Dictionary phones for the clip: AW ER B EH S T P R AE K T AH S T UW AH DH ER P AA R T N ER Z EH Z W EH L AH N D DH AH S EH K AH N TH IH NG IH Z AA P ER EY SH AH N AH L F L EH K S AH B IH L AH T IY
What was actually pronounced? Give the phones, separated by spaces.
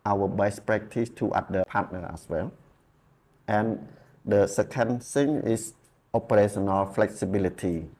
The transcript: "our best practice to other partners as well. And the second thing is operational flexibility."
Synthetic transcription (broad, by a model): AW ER B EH S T P R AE K T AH S T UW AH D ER P AA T N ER EH S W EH L AH N D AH S EH K AH N S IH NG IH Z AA P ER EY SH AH N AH L F L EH K S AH B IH L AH T IY